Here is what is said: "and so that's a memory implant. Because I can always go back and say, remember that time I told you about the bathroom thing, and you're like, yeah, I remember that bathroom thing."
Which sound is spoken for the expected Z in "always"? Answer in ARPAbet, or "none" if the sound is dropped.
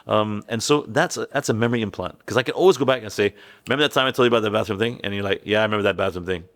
Z